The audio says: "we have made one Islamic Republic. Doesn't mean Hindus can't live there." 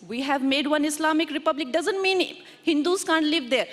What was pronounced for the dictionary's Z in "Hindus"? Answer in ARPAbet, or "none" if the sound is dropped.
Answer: S